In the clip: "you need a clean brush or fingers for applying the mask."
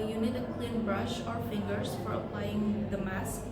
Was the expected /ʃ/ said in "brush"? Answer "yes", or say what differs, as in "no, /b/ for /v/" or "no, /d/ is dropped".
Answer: yes